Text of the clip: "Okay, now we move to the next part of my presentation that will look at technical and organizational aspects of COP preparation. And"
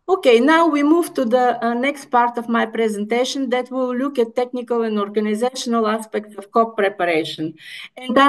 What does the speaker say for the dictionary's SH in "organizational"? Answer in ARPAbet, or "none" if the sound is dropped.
SH